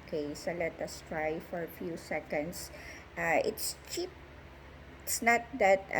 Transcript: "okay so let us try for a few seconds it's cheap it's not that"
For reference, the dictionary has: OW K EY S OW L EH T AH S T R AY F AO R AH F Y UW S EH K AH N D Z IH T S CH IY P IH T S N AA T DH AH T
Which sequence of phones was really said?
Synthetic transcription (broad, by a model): K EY S OW L EH T AH S T R AY F AO R AH F Y UW S EH K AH N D S IH T S CH IY P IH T S N AA T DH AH T